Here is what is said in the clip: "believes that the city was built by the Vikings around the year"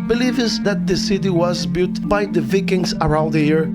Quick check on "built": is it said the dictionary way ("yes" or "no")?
no